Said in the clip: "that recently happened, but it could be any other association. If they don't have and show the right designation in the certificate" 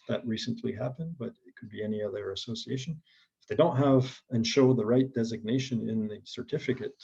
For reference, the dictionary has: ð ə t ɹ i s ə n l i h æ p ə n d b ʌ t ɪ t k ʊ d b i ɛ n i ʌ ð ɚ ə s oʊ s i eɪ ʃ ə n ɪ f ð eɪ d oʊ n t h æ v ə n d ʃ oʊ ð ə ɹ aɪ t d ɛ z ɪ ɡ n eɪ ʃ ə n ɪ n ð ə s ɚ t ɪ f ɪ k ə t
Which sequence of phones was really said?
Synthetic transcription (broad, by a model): ð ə t ɹ i s ə n l i h æ p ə n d b ʌ t ɪ t k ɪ d b i ɛ n i ʌ ð ɚ ə s oʊ s i eɪ ʃ ə n ɪ f ð eɪ d oʊ n t h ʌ v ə n ʃ oʊ ð ə ɹ aɪ t d ɛ z ɪ ɡ n eɪ ʃ ə n ɪ n ð ə s ɚ t ɪ f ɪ k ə t